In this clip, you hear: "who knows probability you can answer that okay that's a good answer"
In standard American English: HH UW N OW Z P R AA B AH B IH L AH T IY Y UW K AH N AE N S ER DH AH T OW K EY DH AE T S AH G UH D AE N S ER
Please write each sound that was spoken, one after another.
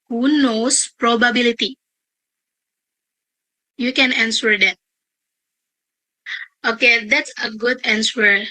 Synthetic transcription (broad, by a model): HH UW N OW S P R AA B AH B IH L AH T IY Y UW K AH N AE N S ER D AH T OW K EY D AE T S AH G UH D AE N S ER